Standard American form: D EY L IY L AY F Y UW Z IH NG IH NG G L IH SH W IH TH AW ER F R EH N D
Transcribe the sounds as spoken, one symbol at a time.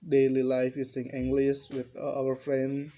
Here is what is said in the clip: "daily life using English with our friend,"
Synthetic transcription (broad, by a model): D EY L IY L AY F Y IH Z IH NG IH NG G L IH S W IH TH AW ER F R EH N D